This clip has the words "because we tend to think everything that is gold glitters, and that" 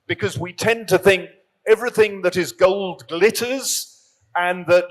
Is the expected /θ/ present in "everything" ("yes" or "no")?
yes